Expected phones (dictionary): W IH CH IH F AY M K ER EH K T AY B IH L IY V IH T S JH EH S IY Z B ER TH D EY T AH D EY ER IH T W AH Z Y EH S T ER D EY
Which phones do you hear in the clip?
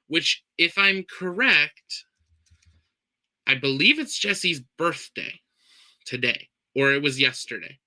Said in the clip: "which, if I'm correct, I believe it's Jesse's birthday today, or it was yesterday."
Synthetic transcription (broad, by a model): W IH CH IH F AY M K ER EH K T AY B IH L IY V IH T S JH EH S IY Z B ER TH D EY T AH D EY ER IH T W AH Z Y EH S T ER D EY